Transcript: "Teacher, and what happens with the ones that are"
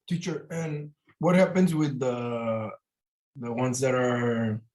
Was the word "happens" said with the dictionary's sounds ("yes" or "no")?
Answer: yes